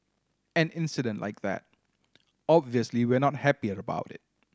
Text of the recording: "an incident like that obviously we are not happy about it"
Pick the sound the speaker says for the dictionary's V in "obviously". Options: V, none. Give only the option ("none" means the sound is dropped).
V